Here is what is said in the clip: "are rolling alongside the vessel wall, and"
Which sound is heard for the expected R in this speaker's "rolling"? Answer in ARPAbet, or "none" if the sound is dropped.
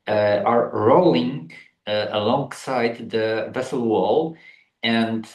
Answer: R